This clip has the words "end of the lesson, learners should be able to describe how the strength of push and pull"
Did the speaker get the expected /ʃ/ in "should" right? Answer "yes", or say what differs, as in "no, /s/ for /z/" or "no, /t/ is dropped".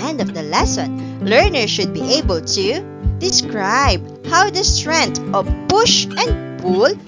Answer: yes